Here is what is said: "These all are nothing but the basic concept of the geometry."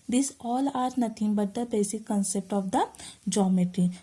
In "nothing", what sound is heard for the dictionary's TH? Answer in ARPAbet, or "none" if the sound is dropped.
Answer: T